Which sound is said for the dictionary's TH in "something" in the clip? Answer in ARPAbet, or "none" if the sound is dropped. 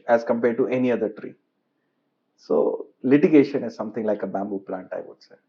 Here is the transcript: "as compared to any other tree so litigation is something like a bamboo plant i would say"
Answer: T